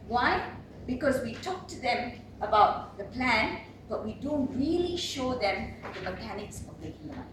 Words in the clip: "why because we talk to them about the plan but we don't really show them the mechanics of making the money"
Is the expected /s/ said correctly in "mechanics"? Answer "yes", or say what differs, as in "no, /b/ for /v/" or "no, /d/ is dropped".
yes